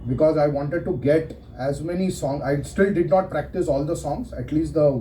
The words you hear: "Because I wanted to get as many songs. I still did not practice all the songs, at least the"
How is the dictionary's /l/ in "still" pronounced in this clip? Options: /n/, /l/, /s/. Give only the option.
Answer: /l/